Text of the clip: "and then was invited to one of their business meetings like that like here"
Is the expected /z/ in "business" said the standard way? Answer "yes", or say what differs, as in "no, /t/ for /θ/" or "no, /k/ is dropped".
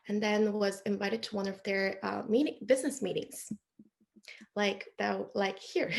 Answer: yes